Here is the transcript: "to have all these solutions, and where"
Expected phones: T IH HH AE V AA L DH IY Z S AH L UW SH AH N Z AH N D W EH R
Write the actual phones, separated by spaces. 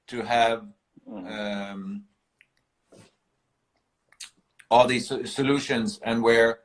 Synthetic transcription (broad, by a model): T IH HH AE V AA L DH IY Z S AH L UW SH AH N Z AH N W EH R